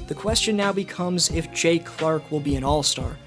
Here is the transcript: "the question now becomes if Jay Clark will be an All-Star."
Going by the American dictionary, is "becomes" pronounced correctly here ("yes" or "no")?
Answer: yes